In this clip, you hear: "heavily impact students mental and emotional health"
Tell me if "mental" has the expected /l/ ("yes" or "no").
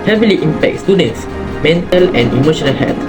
yes